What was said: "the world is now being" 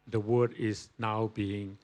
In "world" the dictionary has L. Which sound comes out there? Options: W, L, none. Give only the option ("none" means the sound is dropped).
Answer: none